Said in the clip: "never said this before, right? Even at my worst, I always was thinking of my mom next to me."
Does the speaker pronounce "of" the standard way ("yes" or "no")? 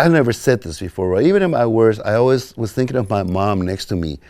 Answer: yes